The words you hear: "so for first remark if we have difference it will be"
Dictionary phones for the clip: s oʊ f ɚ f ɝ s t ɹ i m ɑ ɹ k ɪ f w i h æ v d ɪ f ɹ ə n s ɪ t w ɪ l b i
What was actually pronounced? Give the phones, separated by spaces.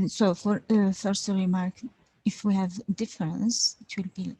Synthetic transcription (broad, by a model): s oʊ f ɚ f ɝ s t ɹ i m ɑ ɹ k ɪ f w i h æ v d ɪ f ɹ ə n s ɪ t w ɪ l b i